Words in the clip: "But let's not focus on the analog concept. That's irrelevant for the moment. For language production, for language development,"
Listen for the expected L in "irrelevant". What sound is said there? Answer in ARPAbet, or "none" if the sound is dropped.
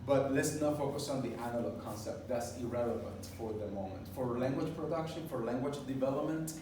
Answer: L